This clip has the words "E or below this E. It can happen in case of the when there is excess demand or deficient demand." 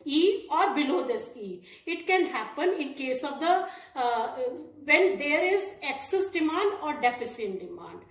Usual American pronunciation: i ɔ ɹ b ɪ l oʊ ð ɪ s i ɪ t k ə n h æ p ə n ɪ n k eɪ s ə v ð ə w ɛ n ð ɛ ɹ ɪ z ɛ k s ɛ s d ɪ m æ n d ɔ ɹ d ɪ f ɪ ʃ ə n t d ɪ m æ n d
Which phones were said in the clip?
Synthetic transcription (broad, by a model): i ɔ ɹ b ɪ l oʊ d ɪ s i ɪ t k ə n h æ p ə n ɪ n k eɪ s ə v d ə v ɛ n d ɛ ɹ ɪ z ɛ k s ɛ s d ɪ m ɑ n d ɔ ɹ d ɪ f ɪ s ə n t d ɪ m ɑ n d